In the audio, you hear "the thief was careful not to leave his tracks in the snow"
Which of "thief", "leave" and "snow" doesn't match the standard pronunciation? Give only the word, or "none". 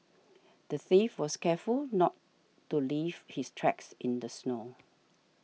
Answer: none